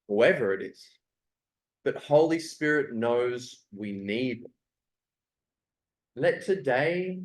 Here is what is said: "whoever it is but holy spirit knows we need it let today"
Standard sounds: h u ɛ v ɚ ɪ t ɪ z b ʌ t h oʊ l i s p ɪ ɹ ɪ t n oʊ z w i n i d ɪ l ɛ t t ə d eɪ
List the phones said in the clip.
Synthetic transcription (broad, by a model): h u ɛ v ɚ ɪ t ɪ z b ʌ t h oʊ l i s p ɪ ɹ ɪ t n oʊ z w i n i d l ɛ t t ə d eɪ